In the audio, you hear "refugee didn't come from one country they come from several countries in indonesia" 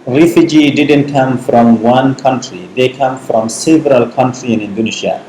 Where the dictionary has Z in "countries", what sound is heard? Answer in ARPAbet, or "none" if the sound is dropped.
none